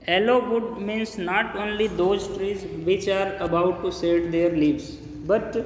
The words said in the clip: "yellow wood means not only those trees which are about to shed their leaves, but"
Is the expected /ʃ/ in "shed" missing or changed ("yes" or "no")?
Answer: yes